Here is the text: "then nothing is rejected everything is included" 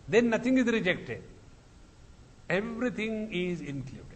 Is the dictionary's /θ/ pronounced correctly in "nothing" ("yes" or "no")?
no